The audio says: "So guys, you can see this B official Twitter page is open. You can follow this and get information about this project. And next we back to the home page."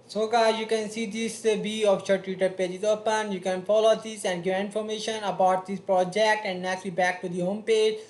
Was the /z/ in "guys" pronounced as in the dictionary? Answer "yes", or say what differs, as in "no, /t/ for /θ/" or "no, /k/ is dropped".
no, /z/ is dropped